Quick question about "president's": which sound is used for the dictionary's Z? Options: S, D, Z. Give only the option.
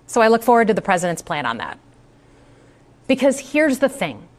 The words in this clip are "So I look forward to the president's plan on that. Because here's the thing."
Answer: Z